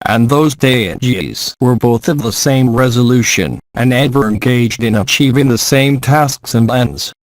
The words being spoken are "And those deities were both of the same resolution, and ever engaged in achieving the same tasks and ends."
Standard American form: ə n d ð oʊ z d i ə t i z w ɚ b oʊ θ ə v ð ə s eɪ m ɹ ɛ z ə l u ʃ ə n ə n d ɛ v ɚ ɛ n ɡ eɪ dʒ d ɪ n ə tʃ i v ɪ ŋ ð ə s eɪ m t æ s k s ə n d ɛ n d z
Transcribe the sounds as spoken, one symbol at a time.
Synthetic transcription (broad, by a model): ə n ð oʊ z d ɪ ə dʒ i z w ɚ b oʊ θ ə v ð ə s eɪ m ɹ ɛ z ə l u ʃ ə n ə n ɛ v ɚ ɛ n ɡ eɪ dʒ d ɪ n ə tʃ i v ɪ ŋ ð ə s eɪ m t æ s k s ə n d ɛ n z